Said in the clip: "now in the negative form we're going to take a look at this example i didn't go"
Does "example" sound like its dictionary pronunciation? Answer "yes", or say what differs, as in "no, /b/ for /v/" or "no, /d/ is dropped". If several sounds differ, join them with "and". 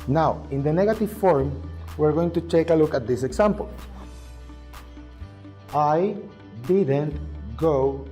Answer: no, /s/ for /z/